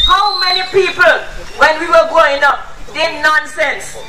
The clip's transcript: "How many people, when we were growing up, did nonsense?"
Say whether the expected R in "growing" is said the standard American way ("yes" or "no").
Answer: no